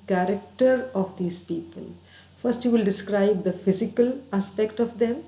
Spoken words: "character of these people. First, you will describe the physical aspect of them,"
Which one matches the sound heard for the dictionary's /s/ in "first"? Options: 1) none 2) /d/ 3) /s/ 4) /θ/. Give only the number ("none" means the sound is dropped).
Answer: 3